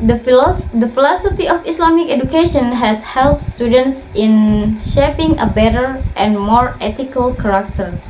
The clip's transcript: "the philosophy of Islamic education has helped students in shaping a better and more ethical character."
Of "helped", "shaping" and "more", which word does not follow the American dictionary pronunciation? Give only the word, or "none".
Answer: none